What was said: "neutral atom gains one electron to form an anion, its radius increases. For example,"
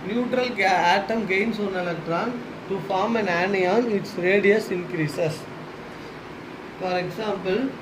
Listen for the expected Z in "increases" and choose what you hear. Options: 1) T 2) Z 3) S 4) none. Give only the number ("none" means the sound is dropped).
3